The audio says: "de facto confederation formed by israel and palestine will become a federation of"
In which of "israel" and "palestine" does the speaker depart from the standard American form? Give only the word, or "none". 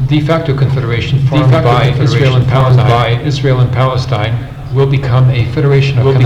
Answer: none